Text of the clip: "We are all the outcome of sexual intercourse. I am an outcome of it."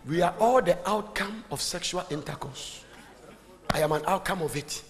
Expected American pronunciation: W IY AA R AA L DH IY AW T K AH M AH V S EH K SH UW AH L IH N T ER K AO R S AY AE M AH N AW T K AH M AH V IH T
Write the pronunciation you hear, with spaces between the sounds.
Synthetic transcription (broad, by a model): W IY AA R AA L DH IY AW T K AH M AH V S EH K SH UW AH L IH N T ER K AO S AY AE M AH N AW T K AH M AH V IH T